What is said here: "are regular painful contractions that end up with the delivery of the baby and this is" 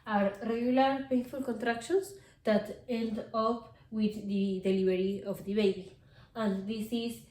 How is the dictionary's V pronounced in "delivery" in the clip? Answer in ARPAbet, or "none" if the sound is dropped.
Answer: B